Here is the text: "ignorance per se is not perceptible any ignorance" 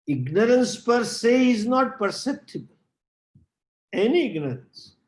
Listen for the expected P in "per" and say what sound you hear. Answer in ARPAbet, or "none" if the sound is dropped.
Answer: P